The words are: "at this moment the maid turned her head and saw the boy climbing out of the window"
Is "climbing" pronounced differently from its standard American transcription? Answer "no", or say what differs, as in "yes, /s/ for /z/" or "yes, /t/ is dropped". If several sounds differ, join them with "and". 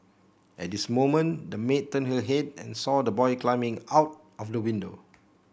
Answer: no